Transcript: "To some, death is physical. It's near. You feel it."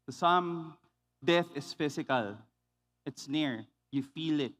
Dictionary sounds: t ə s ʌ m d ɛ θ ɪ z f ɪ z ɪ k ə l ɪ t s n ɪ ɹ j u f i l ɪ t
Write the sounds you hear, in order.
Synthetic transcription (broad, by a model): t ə s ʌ m d ɛ θ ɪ s f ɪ s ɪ k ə l ɪ t s n ɪ ɹ j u f i l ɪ t